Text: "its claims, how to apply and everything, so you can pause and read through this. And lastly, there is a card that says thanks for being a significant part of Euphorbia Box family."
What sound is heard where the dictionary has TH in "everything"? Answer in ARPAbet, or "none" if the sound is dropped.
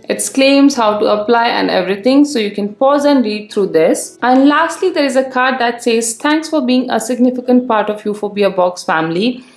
T